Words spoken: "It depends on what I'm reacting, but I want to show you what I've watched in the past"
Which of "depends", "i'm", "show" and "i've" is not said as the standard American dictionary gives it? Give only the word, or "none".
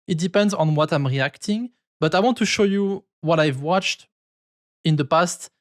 none